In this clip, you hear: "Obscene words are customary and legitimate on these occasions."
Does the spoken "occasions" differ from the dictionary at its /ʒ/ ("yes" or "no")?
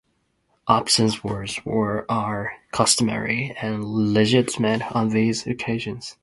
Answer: no